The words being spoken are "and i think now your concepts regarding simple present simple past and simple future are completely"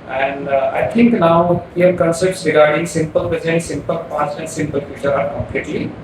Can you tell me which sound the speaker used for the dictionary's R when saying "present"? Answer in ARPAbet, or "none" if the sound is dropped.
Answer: none